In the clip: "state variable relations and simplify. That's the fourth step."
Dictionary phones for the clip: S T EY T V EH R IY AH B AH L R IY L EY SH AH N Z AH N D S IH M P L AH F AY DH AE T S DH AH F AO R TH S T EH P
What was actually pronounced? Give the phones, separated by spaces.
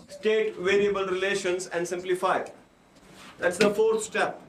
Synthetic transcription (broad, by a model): S T EY T V EH R IY AH B AH L R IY L EY SH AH N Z AH N D S IH M P L AH F AY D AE T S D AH F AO R T S T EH P